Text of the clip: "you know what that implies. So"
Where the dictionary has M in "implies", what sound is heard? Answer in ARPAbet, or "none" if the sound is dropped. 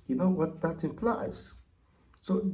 none